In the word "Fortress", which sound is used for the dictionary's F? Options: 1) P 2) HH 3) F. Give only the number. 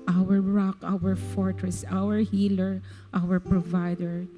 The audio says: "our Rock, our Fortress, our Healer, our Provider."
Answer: 3